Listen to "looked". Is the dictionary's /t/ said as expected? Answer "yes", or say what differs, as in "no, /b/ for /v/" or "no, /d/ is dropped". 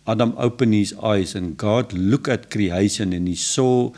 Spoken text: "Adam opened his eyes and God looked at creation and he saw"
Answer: no, /t/ is dropped